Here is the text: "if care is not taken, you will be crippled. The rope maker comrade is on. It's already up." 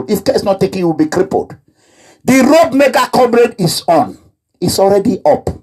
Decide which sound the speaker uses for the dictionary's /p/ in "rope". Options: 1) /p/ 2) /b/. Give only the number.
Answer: 2